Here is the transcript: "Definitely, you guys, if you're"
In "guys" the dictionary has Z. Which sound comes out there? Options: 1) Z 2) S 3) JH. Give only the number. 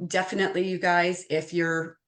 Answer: 1